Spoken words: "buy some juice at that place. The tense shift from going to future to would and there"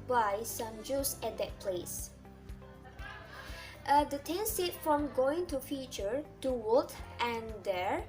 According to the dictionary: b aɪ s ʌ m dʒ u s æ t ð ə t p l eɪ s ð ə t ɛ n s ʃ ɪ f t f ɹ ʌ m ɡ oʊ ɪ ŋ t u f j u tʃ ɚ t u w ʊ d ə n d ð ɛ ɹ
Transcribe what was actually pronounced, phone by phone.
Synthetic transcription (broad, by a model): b aɪ s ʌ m dʒ u s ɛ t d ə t p l eɪ s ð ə t ɛ n s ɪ t f ɹ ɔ m ɡ oʊ ɪ ŋ t u f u tʃ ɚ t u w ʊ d ə n d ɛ ɹ